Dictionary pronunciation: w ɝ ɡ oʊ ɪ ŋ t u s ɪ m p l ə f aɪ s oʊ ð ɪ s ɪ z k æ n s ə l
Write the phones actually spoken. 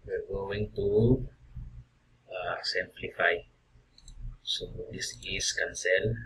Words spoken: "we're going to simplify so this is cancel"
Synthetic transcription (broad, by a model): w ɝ ɡ oʊ ɪ ŋ t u s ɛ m p l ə f aɪ s oʊ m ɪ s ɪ s k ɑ n s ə l